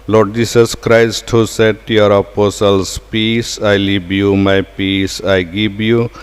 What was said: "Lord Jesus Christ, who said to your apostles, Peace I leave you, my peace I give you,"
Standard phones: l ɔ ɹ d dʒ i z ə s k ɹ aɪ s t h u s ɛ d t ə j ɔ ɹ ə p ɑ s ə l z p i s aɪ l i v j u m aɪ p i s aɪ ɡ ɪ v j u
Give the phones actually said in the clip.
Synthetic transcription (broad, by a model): l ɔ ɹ d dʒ i s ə s k ɹ aɪ s t h u s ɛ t j ɔ ɹ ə p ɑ s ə l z p i s aɪ l i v j u m aɪ p i s aɪ ɡ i b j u